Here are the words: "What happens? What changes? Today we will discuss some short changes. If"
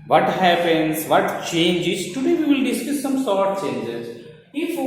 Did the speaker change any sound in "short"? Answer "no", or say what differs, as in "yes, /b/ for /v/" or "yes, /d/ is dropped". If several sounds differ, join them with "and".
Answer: yes, /s/ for /ʃ/